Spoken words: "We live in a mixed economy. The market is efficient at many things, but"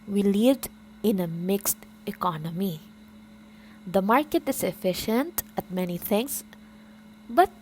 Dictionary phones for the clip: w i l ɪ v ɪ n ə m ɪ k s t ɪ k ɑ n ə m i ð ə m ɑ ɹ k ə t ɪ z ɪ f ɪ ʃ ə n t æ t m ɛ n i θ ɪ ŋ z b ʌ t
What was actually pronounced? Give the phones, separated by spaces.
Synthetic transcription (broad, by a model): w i l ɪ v ɪ n ə m ɪ k s t ɪ k ɑ n ə m i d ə m ɑ ɹ k ə t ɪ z ɪ f ɪ ʃ ə n t æ t m ɛ n i t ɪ ŋ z b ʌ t